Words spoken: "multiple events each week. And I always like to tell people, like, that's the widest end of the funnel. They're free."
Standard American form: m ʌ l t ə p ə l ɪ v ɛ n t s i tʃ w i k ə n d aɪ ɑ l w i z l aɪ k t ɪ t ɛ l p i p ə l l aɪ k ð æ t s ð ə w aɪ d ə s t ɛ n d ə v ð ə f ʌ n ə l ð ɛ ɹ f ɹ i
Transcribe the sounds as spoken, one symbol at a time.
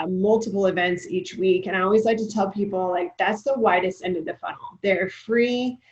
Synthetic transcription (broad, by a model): m ʌ l t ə p l ɪ v ɛ n t s i tʃ w i k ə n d aɪ ɑ l w i z l aɪ k t ɪ t ɛ l p i p l l aɪ k ð æ t s ð ə w aɪ d ə s t ɛ n d ə v ð ə f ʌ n l ð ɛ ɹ f ɹ i